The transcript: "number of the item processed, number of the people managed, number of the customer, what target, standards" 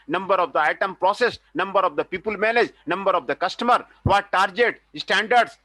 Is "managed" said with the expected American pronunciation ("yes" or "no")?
no